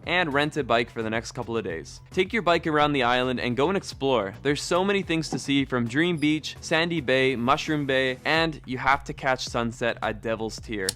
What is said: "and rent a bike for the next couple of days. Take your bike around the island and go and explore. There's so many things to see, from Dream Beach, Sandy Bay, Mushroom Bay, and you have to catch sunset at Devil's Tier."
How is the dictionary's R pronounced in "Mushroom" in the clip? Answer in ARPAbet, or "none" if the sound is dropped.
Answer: R